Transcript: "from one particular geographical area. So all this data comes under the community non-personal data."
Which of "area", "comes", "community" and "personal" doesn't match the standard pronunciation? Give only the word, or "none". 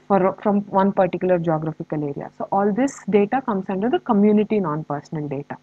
comes